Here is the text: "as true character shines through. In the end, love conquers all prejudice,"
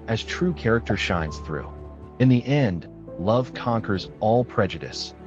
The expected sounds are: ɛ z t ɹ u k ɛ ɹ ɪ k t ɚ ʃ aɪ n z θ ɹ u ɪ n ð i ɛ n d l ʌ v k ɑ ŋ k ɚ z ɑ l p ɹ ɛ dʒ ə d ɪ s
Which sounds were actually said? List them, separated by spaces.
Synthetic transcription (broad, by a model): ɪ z t ɹ u k ɛ ɹ ɪ k t ɚ ʃ aɪ n z θ ɹ u ɪ n ð i ɛ n d l ʌ v k ɑ ŋ k ɚ z ɑ l p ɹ ɛ dʒ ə d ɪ s